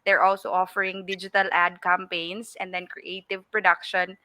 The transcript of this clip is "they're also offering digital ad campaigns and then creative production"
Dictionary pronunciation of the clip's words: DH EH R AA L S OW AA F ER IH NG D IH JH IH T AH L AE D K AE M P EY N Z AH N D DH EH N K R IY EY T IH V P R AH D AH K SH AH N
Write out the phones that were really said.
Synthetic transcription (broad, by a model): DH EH R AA L S OW AA F ER IH NG D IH JH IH T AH L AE D K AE M P EY N S AH N D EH N K R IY EY T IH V P R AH D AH K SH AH N